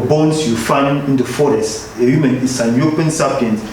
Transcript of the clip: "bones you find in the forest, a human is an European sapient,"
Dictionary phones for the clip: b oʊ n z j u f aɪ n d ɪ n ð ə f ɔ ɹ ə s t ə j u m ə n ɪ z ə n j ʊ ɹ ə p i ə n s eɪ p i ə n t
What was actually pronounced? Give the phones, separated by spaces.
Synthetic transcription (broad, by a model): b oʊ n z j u f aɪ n ɪ n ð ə f ɔ ɹ ə s t ə j u m ə n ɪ s ə n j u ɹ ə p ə n s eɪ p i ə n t